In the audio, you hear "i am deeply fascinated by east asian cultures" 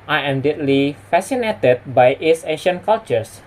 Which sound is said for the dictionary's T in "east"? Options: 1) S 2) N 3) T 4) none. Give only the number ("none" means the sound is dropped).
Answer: 4